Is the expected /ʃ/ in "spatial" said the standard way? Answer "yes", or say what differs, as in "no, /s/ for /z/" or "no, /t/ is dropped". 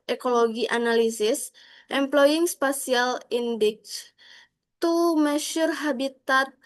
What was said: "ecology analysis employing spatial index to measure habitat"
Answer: no, /s/ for /ʃ/